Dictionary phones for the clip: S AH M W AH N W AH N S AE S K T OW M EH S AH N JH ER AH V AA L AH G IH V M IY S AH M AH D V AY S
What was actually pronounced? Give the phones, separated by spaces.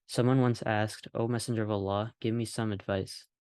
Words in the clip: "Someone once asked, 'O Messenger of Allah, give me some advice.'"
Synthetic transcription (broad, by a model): S AH M W AH N W AH N S AE S K T OW M EH S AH N JH ER AH V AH L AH G IH V M IY S AH M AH D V AY S